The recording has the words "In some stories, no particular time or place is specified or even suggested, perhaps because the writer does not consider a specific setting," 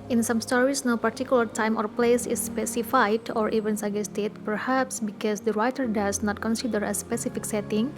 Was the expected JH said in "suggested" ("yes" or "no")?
no